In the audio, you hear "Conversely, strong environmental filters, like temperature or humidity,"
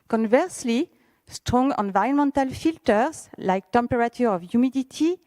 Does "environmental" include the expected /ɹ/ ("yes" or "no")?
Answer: no